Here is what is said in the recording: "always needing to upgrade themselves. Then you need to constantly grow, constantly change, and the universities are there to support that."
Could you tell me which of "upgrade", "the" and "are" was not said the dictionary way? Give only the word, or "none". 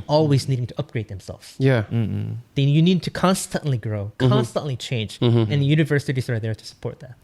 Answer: none